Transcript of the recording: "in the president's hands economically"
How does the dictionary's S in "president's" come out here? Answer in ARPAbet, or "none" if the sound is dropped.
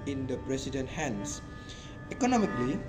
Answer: none